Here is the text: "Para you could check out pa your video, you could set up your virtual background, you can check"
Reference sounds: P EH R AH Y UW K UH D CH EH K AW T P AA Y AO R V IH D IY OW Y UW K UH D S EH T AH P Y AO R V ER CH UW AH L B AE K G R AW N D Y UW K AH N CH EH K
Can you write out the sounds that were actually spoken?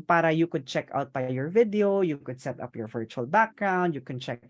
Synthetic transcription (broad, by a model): P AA R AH Y UW K UH D CH EH K AW T B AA Y AO R V IH D IY OW Y UW K UH D S EH T AH P Y AO R V ER CH UW AH L B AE K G R AW N D Y UW K AH N CH EH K